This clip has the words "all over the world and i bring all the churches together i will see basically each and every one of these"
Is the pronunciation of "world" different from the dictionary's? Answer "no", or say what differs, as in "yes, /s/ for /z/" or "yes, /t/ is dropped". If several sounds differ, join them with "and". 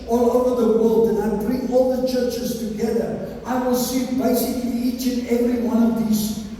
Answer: no